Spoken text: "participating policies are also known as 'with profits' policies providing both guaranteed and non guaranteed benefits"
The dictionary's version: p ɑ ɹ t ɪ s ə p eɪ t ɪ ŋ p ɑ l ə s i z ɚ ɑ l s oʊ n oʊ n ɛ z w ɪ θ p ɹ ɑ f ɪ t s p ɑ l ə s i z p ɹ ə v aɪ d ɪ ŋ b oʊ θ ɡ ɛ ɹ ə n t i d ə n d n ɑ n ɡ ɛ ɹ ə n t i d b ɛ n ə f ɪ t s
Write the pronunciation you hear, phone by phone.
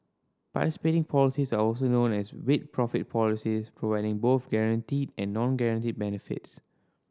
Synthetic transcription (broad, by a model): p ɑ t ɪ s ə p eɪ t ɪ ŋ p ɑ l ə s i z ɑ ɑ l s oʊ n oʊ n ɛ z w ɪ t p ɹ ɑ f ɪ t p ɑ l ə s i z p ɹ ə v aɪ d ɪ ŋ b oʊ θ ɡ ɛ ɹ ə n t i d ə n n ɑ n ɡ ɛ ɹ ə n t i d b ɛ n ə f ɪ t s